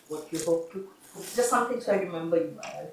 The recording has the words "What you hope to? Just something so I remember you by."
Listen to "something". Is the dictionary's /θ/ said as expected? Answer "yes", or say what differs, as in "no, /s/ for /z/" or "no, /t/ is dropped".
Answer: no, /t/ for /θ/